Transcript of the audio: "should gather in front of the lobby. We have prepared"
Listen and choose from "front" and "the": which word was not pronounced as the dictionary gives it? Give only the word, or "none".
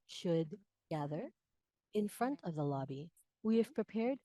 none